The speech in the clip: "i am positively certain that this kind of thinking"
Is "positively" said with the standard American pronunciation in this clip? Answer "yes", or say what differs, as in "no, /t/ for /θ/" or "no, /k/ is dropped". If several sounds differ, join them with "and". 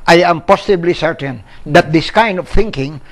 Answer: no, /s/ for /z/ and /b/ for /v/